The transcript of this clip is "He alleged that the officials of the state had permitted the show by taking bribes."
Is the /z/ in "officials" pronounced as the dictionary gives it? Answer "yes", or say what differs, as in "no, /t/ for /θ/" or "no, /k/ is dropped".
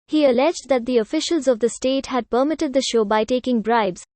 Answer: yes